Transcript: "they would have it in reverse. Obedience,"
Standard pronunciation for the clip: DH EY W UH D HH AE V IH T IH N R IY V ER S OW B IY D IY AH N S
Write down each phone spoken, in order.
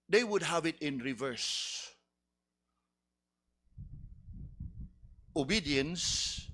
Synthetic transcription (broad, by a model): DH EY W UH D HH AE V IH T IH N R IY V ER S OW B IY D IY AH N S